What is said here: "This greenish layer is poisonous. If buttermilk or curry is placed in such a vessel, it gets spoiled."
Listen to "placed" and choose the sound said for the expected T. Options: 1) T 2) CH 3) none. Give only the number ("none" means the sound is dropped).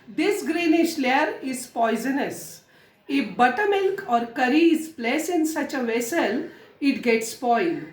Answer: 3